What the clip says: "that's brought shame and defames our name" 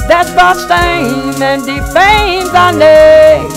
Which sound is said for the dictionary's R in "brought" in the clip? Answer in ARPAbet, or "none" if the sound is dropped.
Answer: none